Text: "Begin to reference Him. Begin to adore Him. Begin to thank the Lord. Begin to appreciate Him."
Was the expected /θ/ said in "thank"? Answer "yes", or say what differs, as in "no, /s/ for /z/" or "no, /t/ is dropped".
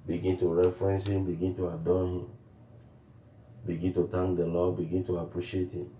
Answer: no, /t/ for /θ/